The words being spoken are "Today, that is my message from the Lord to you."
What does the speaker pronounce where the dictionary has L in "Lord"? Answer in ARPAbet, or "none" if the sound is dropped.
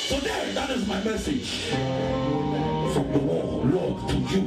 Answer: W